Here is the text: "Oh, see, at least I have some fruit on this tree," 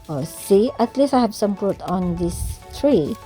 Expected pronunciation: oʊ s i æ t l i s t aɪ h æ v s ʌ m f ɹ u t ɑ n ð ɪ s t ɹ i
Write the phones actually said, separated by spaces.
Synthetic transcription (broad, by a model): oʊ s i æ t l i s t aɪ h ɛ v s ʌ m p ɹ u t ɑ n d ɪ s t ɹ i